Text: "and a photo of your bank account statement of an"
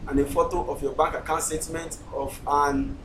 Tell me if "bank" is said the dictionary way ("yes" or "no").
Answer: no